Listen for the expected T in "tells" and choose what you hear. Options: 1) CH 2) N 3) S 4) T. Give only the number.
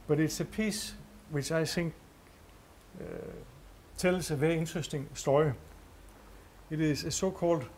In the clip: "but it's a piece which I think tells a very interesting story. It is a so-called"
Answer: 3